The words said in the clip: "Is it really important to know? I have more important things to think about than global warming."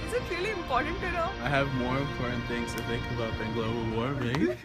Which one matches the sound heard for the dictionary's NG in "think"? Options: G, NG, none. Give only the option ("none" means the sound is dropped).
none